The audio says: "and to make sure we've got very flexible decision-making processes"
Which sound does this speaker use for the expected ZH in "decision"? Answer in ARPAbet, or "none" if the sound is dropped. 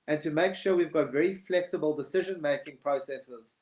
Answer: ZH